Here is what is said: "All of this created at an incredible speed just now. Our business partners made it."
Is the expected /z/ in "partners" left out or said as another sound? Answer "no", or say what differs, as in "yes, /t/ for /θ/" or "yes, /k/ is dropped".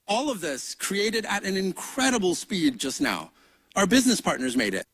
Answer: no